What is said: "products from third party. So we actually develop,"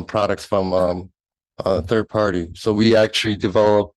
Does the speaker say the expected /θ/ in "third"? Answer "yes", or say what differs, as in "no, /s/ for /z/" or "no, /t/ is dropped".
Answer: yes